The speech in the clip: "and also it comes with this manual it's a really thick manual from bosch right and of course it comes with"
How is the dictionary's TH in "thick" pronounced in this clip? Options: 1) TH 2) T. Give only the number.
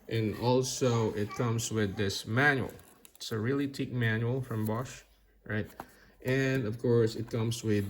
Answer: 2